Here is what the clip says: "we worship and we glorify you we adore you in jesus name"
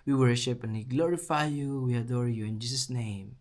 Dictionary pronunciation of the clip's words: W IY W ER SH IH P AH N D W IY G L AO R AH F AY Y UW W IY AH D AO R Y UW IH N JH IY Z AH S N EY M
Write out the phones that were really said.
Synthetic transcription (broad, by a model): W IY W ER SH IH P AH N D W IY G L AO R AH F AY Y UW W IY AH D AO R Y UW IH N JH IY S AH S N EY M